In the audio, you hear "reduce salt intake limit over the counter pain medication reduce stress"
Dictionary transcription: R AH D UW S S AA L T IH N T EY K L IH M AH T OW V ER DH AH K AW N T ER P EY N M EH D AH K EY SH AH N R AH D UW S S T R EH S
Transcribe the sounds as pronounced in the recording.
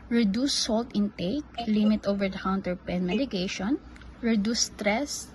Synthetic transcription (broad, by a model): R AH D UW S S AA L T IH N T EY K L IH M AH T OW V ER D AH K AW N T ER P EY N M EH D AH K EY SH AH N R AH D UW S S T R EH S